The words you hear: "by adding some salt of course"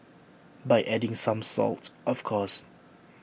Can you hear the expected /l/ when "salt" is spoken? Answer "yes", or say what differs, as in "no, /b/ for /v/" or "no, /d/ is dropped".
yes